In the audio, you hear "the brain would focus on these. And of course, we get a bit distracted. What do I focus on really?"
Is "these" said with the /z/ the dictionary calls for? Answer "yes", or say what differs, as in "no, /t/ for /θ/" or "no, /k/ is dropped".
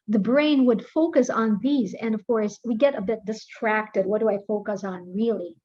yes